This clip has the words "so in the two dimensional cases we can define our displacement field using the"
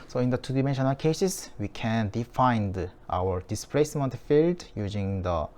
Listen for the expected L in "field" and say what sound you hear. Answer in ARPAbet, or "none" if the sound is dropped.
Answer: L